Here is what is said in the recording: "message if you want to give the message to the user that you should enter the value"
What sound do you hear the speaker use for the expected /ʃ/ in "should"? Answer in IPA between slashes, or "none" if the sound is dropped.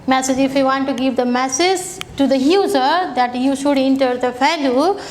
/ʃ/